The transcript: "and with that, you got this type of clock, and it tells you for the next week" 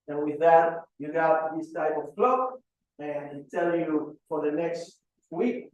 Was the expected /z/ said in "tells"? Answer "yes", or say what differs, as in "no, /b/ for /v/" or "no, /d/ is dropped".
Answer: no, /z/ is dropped